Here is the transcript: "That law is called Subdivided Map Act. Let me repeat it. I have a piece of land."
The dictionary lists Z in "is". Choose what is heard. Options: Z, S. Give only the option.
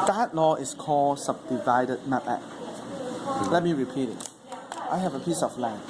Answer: S